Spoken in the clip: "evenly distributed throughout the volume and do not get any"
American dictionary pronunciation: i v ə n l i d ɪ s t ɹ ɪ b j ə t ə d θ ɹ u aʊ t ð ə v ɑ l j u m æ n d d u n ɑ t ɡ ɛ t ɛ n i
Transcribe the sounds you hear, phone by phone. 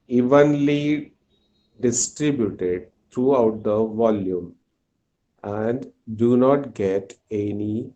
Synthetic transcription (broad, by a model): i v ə n l i d ɪ s t ɹ ɪ b j ə t ə d t ɹ u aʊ t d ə v ɑ l j u m æ n d d u n ɑ t ɡ ɛ t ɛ n i